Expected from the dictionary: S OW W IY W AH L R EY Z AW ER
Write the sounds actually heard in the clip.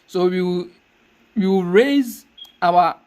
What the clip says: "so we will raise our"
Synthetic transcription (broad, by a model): S OW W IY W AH W R EY Z AW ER